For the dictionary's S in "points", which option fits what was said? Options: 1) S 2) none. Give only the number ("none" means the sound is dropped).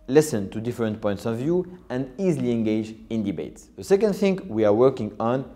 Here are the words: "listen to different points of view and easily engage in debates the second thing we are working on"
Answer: 1